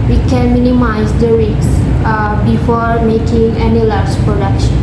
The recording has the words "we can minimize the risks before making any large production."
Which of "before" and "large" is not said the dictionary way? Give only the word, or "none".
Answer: none